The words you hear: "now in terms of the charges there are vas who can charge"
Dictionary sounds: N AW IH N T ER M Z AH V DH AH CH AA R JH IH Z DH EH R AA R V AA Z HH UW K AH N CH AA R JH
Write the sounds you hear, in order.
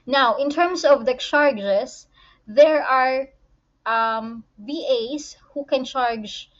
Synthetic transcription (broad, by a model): N AW IH N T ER M S AH V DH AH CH AA R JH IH S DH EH R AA R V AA S HH UW K AH N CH AA R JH